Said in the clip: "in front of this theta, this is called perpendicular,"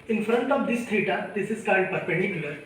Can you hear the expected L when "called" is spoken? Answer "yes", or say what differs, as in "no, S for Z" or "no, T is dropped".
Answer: no, N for L